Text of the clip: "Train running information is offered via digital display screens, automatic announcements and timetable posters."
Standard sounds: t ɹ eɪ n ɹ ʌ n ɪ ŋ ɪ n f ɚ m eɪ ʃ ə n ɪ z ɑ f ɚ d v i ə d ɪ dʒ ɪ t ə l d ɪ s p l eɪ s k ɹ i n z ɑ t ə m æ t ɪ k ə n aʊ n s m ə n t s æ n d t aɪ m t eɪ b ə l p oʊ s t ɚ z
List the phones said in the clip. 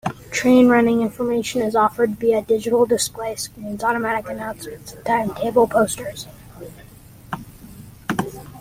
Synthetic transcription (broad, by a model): t ɹ eɪ n ɹ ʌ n ɪ ŋ ɪ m f ɚ m eɪ ʃ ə n ɪ z ɑ f ɚ d b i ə d ɪ dʒ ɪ t l d ɪ s p l eɪ s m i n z ɑ t ə m æ t ɪ k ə n aʊ n s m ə n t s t aɪ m t eɪ b l p oʊ s t ɚ z